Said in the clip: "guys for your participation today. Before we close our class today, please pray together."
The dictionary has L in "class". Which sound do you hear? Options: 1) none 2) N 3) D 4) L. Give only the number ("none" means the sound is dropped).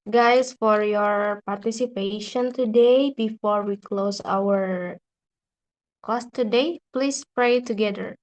1